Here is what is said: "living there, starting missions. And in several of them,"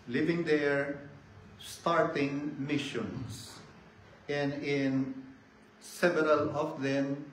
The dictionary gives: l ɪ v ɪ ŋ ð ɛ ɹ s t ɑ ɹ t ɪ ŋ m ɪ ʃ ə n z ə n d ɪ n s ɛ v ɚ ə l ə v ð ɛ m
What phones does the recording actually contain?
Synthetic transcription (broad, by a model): l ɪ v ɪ ŋ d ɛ ɹ s t ɑ ɹ t ɪ ŋ m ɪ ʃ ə n s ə n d ɪ n s ɛ v ɚ ə l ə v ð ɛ m